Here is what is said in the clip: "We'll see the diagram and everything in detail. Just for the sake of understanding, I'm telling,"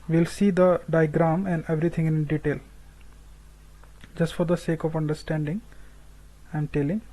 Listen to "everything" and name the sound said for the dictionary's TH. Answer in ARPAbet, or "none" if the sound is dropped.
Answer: T